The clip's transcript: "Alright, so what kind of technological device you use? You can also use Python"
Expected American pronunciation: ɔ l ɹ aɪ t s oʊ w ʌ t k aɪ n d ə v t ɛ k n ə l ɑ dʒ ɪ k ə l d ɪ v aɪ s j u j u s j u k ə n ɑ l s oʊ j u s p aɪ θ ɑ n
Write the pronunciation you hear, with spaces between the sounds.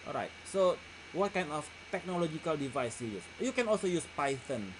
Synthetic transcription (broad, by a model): ɔ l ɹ aɪ t s oʊ w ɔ t k aɪ n d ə f t ɛ k n ə l ɑ dʒ ɪ k ə l d ɪ v aɪ s j u j u s j u k ə n ɑ l s oʊ j u s p aɪ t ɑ n